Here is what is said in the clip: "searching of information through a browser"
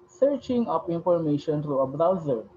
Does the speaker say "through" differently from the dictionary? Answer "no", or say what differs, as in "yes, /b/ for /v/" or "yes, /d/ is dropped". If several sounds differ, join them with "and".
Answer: yes, /t/ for /θ/